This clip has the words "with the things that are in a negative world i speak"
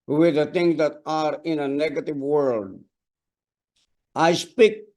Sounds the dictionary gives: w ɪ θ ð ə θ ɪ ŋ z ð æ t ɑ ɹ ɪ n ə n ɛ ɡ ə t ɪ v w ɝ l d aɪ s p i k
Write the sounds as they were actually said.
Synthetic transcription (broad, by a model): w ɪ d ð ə t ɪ ŋ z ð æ t ɑ ɹ ɪ n ə n ɛ ɡ ə t ɪ v w ɝ l d aɪ s p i k